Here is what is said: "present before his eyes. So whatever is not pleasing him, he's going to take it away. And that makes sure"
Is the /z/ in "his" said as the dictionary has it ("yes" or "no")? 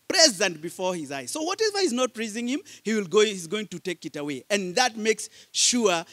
yes